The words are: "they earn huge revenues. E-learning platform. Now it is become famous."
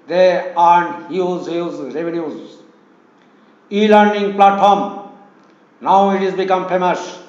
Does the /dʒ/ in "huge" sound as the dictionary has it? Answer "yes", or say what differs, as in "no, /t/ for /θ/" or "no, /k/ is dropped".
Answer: no, /z/ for /dʒ/